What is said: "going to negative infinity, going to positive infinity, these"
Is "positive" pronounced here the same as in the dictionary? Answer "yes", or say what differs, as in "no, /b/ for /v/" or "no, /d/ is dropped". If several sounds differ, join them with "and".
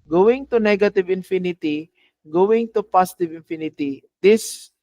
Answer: no, /s/ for /z/